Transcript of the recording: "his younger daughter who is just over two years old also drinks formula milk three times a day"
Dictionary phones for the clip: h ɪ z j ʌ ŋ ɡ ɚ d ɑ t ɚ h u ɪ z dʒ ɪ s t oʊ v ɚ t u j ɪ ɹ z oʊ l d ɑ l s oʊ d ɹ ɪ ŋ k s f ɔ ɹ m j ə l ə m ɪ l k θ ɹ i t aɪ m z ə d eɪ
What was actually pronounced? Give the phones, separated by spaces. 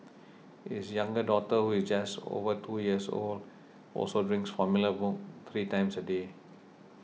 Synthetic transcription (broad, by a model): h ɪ s j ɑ ŋ ɡ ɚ d ɑ t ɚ h u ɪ s dʒ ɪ s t oʊ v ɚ t u j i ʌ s oʊ l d ɑ l s oʊ d ɹ ɪ ŋ k s f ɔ m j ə l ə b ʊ k t ɹ i t aɪ m s ə d eɪ